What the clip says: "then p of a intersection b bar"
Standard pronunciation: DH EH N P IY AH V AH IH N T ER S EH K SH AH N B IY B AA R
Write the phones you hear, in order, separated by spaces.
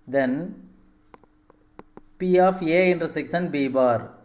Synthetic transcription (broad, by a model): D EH N P IY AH F AH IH N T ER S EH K S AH N B IY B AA R